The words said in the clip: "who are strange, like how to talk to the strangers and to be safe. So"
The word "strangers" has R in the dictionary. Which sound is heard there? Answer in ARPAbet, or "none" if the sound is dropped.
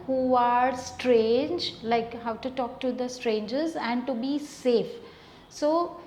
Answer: R